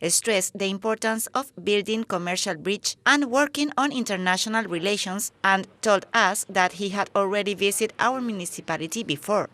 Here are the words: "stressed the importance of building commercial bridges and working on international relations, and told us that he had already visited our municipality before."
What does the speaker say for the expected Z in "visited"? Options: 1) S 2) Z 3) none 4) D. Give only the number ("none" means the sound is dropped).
1